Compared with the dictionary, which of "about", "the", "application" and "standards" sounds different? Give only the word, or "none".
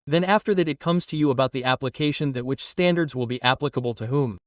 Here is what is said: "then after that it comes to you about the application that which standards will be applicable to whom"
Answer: none